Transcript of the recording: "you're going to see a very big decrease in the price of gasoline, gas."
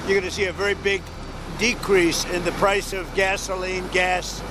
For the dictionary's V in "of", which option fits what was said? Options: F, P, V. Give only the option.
V